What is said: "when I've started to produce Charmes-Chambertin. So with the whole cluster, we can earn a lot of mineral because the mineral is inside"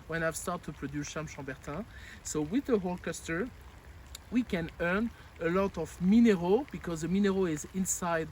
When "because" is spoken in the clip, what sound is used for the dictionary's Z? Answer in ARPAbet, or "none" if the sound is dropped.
Z